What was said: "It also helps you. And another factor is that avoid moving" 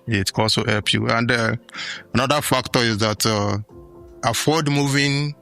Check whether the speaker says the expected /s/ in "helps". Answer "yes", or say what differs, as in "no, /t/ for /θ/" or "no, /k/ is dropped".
no, /s/ is dropped